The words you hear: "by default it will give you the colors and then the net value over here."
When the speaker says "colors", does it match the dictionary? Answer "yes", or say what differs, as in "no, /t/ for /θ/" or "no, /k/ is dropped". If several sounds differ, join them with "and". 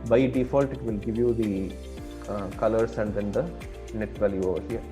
no, /s/ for /z/